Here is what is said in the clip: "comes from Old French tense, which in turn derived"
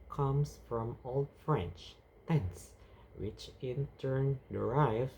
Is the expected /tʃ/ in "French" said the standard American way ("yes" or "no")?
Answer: yes